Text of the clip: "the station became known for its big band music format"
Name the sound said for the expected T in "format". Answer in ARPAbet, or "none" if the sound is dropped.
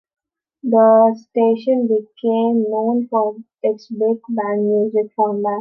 none